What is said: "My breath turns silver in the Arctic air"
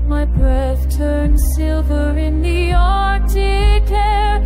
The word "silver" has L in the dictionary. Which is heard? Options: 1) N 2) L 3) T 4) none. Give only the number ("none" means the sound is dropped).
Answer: 2